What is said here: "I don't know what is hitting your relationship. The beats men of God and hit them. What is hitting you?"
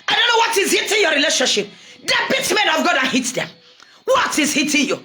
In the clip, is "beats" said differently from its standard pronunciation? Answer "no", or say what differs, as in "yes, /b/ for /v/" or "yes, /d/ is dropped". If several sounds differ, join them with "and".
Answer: yes, /s/ is dropped